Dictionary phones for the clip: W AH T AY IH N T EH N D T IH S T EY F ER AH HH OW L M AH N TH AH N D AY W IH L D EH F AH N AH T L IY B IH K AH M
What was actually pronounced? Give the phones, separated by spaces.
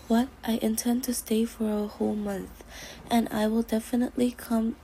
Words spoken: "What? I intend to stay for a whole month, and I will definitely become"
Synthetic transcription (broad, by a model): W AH T AY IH N T EH N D T IH S T EY F ER AH HH OW L M AH N TH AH N AY W IH L D EH F AH N AH T L IY K AH M